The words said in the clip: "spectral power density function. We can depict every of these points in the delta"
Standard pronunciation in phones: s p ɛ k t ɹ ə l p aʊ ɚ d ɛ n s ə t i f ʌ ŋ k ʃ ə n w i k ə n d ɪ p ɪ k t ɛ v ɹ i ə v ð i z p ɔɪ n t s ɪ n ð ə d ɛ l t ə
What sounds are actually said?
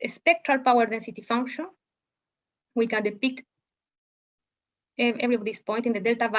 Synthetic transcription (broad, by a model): s p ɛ k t ɹ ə l p aʊ ɚ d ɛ n s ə t i f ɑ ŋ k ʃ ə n w i k ə n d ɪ p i k t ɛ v ɹ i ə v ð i s p ɔɪ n t ɪ n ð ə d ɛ l t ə